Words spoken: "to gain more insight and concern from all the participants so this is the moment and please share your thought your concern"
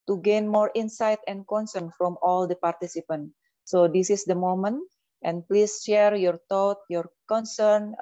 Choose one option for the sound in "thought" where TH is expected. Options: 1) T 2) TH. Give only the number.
1